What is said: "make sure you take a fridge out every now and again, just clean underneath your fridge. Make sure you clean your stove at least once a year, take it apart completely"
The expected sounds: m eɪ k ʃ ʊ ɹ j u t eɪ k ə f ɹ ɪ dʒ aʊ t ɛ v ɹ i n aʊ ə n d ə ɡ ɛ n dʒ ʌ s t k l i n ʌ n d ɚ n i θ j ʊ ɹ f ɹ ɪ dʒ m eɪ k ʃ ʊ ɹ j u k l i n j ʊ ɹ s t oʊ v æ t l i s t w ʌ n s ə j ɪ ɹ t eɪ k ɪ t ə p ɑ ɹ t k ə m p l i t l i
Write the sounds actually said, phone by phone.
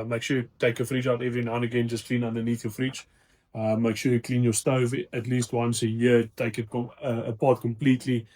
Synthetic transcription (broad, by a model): m eɪ k ʃ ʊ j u t eɪ k ə f ɹ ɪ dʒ aʊ t ɛ v ɹ i n aʊ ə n ə ɡ ɛ n dʒ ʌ s k l i n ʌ n d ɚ n i θ j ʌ f ɹ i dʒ m eɪ k ʃ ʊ j u k l i n j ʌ s t oʊ v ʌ t l i s t w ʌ n s ə j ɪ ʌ t eɪ k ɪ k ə p ɑ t k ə m p l i t l i